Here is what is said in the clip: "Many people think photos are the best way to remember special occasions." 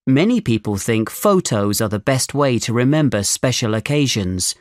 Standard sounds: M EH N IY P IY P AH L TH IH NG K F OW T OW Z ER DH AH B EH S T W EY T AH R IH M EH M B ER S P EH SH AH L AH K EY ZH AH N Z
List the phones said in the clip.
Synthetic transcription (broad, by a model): M EH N IY P IY P AH L TH IH NG K F OW T OW Z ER DH AH B EH S T W EY T AH R IH M EH M B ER S P EH SH AH L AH K EY ZH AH N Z